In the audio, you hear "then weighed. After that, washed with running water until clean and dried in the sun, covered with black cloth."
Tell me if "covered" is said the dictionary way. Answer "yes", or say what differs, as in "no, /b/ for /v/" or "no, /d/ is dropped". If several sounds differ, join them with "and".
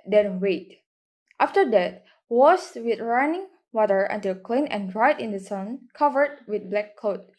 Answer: yes